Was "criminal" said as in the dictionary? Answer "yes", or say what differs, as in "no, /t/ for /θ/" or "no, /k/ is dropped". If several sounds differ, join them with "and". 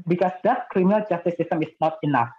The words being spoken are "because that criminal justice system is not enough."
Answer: no, /n/ is dropped